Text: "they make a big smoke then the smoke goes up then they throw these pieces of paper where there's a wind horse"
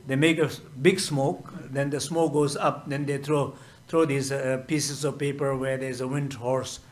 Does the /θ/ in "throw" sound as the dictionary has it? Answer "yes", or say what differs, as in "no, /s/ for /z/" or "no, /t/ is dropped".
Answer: no, /t/ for /θ/